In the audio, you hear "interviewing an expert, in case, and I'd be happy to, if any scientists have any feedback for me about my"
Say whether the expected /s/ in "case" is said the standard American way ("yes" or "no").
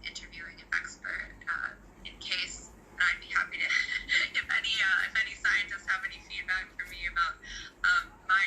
no